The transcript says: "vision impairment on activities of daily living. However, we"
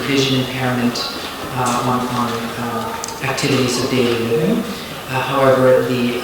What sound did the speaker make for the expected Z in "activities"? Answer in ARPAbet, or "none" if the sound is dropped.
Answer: Z